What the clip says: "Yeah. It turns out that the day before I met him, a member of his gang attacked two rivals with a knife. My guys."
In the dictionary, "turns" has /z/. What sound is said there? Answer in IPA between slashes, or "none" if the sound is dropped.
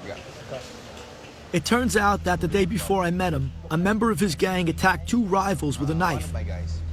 /z/